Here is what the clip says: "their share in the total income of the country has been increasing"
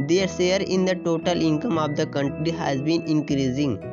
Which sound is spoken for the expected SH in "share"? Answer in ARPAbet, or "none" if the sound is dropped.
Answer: S